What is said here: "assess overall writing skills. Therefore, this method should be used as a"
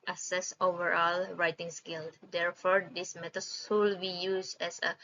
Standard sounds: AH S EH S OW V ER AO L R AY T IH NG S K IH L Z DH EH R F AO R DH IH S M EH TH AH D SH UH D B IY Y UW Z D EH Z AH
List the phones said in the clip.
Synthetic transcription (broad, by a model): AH S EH S OW V ER AO L R AY T IH NG S K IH L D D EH R F AO R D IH S M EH T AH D S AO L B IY Y UW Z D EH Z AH